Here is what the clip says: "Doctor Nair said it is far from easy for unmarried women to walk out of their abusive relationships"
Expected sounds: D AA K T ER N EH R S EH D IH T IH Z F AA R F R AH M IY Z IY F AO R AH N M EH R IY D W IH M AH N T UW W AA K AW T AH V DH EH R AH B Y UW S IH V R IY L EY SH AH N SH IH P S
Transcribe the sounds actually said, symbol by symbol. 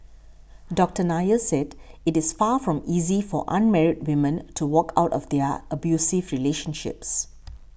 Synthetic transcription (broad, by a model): D AA K T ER N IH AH S EH D IH T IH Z F AA F R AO M IY Z IY F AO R AH N M EH R IY D W IH M AH N T UW W AA K AW T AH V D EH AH AH B Y UW S IH V R IY L EY SH AH N SH IH P S